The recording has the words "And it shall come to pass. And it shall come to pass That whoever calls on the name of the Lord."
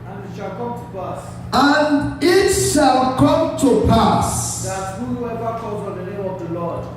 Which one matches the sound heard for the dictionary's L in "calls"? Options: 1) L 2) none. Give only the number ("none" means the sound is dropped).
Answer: 2